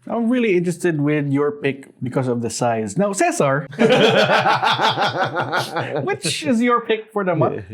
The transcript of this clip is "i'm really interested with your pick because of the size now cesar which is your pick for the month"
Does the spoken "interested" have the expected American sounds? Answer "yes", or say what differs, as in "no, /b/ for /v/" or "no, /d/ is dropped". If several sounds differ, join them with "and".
yes